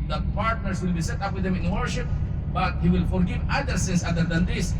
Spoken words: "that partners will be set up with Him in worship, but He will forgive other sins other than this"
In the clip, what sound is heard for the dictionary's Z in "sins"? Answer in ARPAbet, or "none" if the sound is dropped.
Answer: S